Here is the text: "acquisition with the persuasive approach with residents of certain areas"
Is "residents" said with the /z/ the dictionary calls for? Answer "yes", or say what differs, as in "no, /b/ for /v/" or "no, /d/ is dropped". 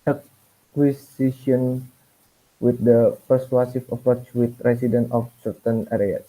no, /s/ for /z/